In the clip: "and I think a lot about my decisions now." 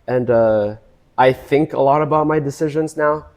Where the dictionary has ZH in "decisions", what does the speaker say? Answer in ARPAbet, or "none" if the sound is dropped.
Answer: ZH